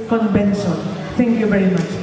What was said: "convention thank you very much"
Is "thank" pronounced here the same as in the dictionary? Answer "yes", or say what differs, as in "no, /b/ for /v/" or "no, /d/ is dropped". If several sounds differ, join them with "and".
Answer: no, /t/ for /θ/